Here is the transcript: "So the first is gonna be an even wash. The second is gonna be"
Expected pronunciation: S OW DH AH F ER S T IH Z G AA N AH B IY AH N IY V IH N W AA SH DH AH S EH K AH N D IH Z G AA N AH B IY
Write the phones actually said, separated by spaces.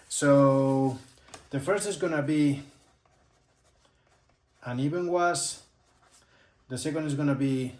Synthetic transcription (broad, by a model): S OW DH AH F ER S T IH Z G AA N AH B IY AH N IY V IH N W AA S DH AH S EH K AH N D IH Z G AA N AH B IY